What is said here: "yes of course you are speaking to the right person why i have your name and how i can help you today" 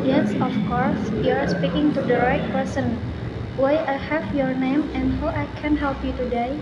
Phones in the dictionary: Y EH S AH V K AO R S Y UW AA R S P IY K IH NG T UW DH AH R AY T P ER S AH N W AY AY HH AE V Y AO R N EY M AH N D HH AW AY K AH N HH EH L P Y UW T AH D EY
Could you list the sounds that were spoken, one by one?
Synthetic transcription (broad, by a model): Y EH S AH F K AO R S Y UW AA R S P IY K IH NG T UW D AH R AY T P ER S AH N W AY AY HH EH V Y AO R N EY M AH N D HH AW AY K AH N HH EH L P Y UW T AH D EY